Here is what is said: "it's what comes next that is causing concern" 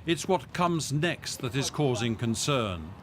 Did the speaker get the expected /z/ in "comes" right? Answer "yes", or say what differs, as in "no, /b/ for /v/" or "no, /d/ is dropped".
yes